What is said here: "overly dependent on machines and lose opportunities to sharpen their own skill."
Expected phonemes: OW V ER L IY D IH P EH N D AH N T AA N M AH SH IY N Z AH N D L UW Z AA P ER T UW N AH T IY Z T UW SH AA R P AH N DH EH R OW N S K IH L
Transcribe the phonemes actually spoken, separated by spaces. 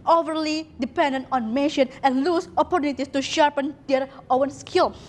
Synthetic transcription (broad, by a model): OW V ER L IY D IH P EH N D AH N T AA N M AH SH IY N AH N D L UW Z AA P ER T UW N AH T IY S T UW SH AA R P AH N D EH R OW N S K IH L